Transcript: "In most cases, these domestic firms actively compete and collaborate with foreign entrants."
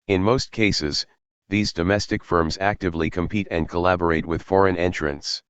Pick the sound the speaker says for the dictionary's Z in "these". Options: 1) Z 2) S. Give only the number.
1